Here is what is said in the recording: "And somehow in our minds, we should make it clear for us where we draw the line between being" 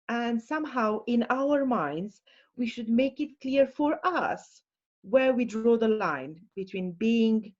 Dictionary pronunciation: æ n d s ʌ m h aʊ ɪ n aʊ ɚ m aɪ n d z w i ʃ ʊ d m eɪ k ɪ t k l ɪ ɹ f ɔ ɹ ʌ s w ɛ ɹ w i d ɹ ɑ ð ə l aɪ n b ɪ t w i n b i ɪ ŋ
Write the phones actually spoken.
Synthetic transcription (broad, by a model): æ n d s ʌ m h aʊ ɪ n aʊ ɚ m aɪ n d z w i ʃ ʊ d m eɪ k ɪ t k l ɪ ɹ f ɔ ɹ ʌ s w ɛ ɹ w i d ɹ ɑ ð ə l aɪ n b ɪ t w i n b i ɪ ŋ